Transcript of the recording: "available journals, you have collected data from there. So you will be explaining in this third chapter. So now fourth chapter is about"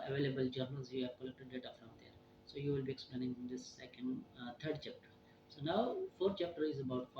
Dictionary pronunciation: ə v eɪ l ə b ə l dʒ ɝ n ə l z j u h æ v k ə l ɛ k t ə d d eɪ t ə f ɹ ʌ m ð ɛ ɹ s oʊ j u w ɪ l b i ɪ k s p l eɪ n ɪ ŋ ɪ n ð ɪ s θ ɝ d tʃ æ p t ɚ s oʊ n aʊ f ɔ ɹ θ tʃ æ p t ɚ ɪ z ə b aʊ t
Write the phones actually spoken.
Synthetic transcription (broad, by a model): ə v eɪ l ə b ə l dʒ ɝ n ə l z j u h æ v k ə l ɛ k t ə d d eɪ t ə f ɹ ʌ m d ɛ ɹ s oʊ j u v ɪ l b i ɪ k s p l eɪ n ɪ ŋ ɪ n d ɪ s t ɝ d tʃ æ p t ɚ s oʊ n aʊ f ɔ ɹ t tʃ æ p t ɚ ɪ z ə b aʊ t